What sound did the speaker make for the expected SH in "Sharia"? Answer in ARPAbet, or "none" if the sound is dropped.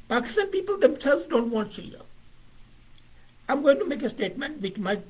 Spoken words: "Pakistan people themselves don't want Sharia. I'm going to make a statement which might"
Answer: S